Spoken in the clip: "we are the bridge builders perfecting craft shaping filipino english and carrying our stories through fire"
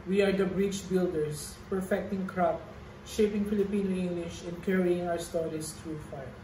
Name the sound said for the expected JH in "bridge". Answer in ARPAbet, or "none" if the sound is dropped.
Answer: CH